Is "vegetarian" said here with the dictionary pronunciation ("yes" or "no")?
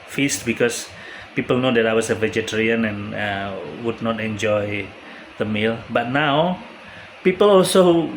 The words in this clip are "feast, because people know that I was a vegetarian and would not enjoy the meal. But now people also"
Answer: yes